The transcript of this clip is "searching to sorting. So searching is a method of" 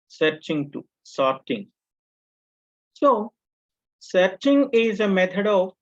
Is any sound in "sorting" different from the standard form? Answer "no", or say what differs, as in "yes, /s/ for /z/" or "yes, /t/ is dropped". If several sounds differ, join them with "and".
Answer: no